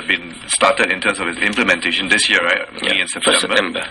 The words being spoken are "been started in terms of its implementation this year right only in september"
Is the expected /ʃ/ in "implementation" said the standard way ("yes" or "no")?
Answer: yes